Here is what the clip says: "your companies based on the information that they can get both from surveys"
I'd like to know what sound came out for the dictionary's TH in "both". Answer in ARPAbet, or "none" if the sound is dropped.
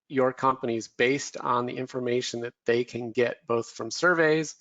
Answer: TH